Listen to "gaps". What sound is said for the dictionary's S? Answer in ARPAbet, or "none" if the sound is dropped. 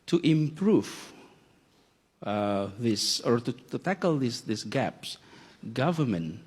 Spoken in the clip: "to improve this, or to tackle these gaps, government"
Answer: S